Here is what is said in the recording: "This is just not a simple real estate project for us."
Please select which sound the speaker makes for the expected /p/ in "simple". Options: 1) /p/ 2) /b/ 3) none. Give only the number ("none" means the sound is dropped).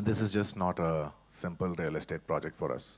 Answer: 1